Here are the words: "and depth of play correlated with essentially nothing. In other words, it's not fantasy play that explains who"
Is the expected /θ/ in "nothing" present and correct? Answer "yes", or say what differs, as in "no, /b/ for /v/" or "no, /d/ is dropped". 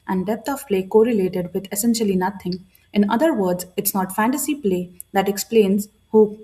no, /t/ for /θ/